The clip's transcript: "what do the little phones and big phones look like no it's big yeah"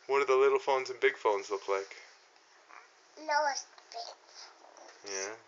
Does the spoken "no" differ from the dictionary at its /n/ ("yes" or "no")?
yes